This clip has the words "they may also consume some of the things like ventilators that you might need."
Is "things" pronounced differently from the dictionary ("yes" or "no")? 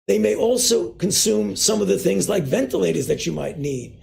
no